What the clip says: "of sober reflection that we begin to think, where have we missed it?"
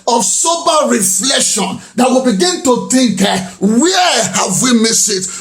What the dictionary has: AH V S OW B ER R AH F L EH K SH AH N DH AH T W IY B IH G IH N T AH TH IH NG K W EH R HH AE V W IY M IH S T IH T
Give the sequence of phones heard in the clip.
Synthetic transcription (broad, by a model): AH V S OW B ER R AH F L EH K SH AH N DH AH T W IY B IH G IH N T AH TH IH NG K W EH HH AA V W IY M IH S IH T